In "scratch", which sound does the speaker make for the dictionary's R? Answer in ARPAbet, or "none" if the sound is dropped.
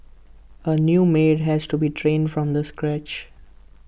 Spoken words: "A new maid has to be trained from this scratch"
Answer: R